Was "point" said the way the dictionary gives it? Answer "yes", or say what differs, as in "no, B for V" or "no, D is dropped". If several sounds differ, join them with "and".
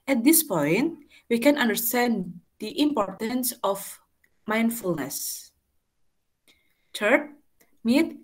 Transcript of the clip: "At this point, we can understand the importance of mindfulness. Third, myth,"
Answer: yes